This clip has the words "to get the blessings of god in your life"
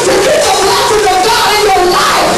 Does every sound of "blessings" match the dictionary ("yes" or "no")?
no